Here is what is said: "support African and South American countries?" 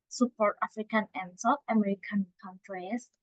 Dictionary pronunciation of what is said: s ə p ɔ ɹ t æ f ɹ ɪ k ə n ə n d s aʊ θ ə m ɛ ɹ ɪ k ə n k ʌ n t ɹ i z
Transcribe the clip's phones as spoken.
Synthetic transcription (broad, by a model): s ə p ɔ ɹ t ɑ f ɹ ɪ k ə n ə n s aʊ f ə m ɛ ɹ ɪ k ə n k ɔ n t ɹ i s